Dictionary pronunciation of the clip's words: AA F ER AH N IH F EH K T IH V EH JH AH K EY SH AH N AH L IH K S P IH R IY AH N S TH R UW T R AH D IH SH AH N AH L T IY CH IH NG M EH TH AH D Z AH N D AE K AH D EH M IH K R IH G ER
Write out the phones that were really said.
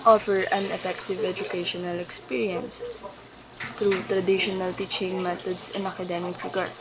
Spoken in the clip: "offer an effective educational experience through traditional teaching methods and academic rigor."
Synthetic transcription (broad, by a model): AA F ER AH N IH F EH K T IH V EH JH AH K EY SH AH N AH L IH K S P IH R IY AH N S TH R UW T R AH D IH SH AH N AH L T IY CH IH NG M EH T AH D S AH N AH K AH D EH M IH K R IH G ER